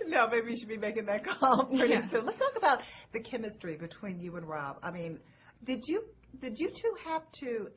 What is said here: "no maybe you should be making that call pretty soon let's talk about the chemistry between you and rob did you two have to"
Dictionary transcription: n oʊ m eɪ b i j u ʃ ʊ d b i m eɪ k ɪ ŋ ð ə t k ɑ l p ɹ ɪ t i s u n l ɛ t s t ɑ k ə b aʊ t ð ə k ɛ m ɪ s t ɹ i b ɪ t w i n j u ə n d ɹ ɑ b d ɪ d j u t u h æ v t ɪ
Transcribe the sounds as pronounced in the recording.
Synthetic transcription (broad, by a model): n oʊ m eɪ b i j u ʃ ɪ d b i m eɪ k ɪ ŋ ð ə t k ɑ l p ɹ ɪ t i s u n l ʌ t s t ɑ k ə b aʊ t ð ə k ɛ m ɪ s t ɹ i b ɪ t w i n j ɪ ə n ɹ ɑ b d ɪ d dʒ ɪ t u h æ f t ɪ